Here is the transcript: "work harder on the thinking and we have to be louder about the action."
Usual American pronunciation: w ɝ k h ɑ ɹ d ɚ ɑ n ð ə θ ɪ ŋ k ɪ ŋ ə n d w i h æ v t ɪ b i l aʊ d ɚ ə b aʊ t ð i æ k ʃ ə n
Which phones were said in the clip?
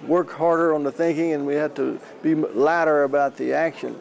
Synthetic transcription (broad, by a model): w ɝ k h ɑ ɹ d ɚ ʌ n ð ə θ ɪ ŋ k ɪ ŋ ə n w i h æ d t ɪ b i l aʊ d ɚ ə b aʊ t ð i æ k ʃ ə n